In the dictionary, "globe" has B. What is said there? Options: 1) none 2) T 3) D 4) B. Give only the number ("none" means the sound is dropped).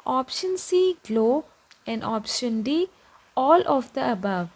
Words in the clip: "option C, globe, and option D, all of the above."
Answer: 1